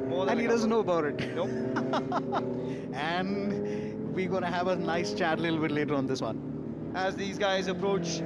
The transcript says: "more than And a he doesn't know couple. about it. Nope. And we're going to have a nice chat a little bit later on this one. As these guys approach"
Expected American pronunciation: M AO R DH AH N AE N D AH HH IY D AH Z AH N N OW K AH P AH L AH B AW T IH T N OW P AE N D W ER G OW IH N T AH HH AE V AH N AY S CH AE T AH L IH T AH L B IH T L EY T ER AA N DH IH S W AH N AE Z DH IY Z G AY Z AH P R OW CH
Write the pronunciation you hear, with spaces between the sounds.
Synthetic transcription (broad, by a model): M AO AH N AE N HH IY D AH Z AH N N OW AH B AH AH T IH T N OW AE N D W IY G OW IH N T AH HH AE V AH N AY S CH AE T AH L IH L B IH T L EY T ER AA N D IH S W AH N AE Z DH IY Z G AY Z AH P R OW CH